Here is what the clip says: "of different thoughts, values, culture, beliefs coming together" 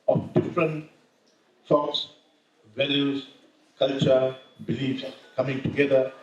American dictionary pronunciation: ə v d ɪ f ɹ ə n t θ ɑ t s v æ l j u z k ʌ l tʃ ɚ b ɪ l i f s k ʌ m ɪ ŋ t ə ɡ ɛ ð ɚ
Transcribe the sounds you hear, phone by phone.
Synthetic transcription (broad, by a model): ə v d ɪ f ɹ ə n t s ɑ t s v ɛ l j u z k ʌ l tʃ ɚ b ɪ l i f s k ʌ m ɪ ŋ t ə ɡ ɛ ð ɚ